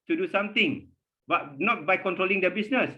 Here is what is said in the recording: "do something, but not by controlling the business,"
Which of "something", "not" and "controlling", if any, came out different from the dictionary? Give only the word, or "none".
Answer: something